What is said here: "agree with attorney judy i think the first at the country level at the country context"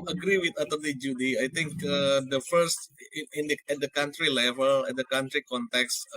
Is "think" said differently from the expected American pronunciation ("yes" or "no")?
yes